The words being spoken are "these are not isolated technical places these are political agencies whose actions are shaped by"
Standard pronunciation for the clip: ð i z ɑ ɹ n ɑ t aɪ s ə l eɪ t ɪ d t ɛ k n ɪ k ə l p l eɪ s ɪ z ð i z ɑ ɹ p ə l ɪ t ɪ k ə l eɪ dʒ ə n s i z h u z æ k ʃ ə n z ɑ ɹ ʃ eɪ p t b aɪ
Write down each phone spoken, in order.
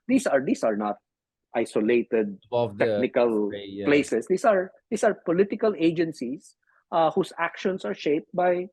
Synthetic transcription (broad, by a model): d i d ɑ ɹ n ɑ t aɪ s ə l eɪ t ɪ d t ɛ k n ɪ k ə l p l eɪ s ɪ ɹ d i s ɑ ɹ p ə l ɪ t ɪ k ə l eɪ dʒ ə n s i s h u s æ k ʃ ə n s ɑ ɹ ʃ eɪ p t b aɪ